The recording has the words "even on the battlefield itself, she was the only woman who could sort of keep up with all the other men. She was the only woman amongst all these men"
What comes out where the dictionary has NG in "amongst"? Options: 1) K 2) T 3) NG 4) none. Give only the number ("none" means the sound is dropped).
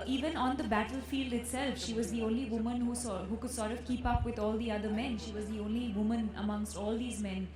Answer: 3